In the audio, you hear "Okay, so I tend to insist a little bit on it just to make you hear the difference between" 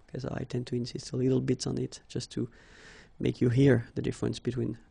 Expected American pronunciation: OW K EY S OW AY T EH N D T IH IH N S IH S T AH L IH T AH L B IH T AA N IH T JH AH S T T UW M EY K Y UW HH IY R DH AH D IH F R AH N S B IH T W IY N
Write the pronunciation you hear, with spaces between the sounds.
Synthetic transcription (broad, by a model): K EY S AY T EH N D T IH IH N S IH S T AH L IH T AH L B IH T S N IH T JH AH S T T UW M EY K Y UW HH IY R DH AH D IH F R AH N S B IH T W IY N